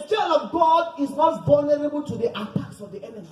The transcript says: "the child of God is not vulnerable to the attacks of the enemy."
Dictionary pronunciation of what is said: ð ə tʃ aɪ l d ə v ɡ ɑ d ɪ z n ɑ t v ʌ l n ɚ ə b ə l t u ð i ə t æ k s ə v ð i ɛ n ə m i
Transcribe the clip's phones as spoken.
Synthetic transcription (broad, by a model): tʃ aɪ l ə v ɡ ɑ d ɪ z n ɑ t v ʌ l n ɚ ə b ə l t u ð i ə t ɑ k s ə v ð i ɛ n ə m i